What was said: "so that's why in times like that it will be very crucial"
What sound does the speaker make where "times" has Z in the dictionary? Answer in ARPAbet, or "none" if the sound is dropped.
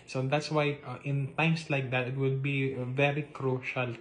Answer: S